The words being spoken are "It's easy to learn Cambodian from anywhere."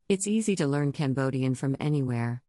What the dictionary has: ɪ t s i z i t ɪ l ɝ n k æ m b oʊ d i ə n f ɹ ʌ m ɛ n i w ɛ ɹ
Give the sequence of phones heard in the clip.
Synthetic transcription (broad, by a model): ɪ t s i z i t ɪ l ɝ n k æ m b oʊ d i ə n f ɹ ʌ m ɛ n i w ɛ ɹ